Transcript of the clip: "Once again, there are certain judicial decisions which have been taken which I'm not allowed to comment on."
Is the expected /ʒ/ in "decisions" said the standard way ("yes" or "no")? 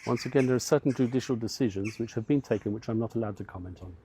yes